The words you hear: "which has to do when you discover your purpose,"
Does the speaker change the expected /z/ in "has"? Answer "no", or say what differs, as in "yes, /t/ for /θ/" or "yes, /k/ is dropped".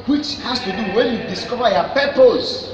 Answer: yes, /s/ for /z/